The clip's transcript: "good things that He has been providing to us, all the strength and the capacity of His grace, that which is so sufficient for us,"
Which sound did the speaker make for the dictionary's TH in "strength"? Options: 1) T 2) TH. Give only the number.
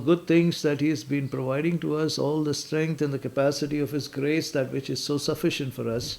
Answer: 1